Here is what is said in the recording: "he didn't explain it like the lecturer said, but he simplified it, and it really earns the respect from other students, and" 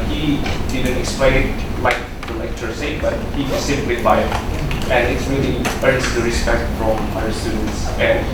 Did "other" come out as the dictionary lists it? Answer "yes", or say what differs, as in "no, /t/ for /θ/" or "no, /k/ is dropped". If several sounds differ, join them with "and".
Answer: no, /ð/ is dropped